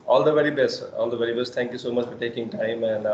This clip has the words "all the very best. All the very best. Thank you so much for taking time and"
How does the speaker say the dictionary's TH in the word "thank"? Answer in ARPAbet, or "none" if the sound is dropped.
T